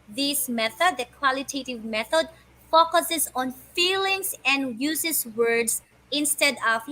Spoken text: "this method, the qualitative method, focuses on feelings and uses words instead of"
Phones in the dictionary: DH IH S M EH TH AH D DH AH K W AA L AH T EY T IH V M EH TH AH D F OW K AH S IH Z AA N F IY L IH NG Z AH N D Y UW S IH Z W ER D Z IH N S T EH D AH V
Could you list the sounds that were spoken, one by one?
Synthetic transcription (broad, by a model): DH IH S M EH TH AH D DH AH K W AA L AH T EY T IH V M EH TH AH D F OW K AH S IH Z AA N F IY L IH NG S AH N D Y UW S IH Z W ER D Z IH N S T EH D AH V